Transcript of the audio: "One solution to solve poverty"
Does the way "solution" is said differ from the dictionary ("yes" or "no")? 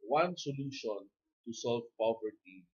no